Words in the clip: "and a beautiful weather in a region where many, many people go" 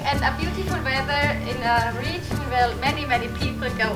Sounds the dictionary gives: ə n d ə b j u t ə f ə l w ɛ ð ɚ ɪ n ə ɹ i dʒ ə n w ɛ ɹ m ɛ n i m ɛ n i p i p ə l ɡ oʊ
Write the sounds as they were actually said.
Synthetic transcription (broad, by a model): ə n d ə b j u t ə f ə l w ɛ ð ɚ ɪ n ə ɹ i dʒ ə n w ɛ l m ɛ n i m ɛ n i p i p ə l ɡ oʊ